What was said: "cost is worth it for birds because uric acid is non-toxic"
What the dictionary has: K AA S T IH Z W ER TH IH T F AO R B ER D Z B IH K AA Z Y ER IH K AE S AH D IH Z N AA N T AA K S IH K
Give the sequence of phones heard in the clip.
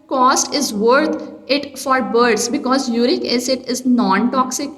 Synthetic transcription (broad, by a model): K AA S T IH Z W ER T IH T F AO R B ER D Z B IH K AA Z Y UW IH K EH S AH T IH Z N AA N T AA K S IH K